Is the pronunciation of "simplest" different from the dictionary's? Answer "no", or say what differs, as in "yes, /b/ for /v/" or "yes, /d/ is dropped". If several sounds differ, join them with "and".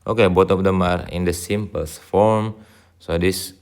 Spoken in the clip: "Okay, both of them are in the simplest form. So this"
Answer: yes, /l/ is dropped